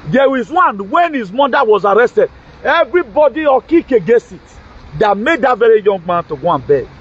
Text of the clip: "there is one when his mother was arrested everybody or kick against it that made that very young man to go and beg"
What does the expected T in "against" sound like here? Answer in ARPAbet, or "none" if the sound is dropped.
none